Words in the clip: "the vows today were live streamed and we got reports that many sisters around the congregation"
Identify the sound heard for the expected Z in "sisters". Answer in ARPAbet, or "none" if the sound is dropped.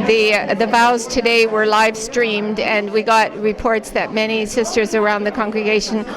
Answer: Z